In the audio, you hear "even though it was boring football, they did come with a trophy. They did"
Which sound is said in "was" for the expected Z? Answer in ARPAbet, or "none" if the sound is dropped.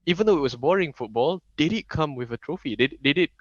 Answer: S